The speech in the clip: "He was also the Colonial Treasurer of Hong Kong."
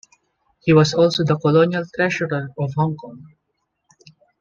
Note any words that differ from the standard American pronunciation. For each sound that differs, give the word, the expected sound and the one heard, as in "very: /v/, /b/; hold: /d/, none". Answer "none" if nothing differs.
was: /z/, /s/; treasurer: /ʒ/, /ʃ/